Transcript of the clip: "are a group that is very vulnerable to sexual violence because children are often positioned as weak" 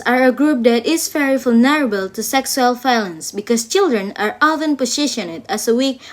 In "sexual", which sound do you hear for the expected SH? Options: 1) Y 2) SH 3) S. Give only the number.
3